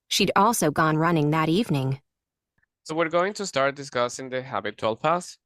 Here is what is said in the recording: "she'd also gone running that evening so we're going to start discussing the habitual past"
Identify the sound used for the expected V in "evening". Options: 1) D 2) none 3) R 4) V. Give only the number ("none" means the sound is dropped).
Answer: 4